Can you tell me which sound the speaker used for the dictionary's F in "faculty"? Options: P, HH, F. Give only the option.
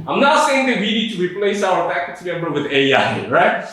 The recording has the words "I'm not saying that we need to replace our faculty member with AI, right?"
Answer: P